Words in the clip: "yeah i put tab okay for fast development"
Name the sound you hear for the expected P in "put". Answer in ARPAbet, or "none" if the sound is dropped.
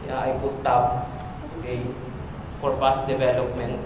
B